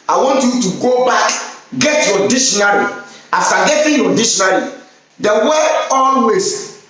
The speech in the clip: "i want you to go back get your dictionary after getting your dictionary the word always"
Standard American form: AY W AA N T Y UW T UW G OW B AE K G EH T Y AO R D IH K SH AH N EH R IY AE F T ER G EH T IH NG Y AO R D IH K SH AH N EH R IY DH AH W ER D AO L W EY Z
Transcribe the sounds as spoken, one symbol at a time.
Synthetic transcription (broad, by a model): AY W AA N T Y UW T UW G OW B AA K G EH T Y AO D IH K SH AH N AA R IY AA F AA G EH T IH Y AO D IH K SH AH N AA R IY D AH W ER AO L W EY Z